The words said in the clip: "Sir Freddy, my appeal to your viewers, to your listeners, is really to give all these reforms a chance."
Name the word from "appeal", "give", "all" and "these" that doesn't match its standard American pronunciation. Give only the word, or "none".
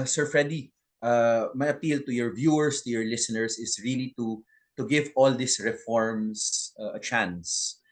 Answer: these